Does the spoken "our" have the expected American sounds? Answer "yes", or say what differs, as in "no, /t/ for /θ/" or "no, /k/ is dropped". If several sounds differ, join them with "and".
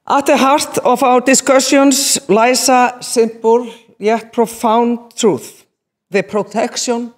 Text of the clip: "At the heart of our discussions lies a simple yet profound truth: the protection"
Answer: no, /w/ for /ɹ/